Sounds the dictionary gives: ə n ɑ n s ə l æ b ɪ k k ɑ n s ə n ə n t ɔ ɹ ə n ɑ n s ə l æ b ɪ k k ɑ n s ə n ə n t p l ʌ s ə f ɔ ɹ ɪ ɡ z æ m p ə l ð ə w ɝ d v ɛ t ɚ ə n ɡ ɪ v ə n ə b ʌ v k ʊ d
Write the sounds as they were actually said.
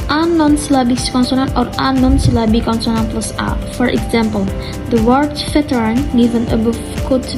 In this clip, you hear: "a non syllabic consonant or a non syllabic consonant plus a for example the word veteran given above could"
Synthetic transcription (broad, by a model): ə n ɑ n s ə l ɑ b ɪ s k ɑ n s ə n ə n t ɔ ɹ ə n ɑ n s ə l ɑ b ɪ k k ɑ n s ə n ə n p l ʌ s ə f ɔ ɹ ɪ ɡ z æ m p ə l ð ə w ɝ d f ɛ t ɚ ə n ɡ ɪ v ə n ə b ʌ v k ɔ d